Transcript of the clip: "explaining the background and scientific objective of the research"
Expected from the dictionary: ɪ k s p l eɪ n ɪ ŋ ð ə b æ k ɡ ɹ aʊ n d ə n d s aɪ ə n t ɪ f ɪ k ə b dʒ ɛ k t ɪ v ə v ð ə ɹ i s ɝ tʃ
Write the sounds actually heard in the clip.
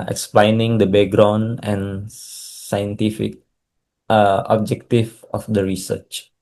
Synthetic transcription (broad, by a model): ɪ k s p l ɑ n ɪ ŋ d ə b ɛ ɡ ɹ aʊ n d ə n s aɪ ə n t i f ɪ k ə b dʒ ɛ k t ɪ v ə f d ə ɹ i s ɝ tʃ